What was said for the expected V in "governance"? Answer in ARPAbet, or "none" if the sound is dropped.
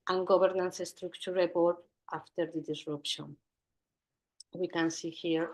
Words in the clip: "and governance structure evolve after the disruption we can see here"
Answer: B